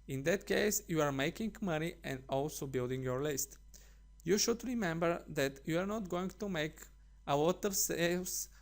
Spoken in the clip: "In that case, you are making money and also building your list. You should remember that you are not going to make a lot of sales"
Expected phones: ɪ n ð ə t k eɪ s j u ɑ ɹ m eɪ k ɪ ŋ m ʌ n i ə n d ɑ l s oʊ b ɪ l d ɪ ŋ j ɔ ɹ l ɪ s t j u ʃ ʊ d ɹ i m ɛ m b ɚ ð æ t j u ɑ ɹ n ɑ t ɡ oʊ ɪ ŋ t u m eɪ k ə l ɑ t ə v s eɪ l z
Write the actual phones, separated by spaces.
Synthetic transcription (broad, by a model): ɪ n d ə t k eɪ s j u ɑ ɹ m eɪ k ɪ ŋ m ʌ n i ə n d ɑ l s oʊ b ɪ l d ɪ ŋ j ɔ ɹ l ɪ s t j u ʃ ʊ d ɹ i m ɛ m b ɚ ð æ t j u ɑ ɹ n ɑ t ɡ oʊ ɪ ŋ t u m eɪ k ə w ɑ t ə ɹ s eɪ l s